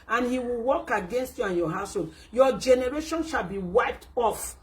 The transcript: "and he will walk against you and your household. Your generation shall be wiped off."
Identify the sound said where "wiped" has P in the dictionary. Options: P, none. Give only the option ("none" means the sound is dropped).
P